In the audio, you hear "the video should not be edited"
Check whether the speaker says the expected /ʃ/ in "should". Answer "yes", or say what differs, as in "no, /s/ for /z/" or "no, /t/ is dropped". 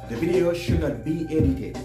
yes